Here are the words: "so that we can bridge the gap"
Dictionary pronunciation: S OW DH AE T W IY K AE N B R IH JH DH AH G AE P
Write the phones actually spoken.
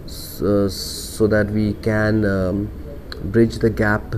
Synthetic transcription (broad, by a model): S OW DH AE T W IY K AE N B R IH JH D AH G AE P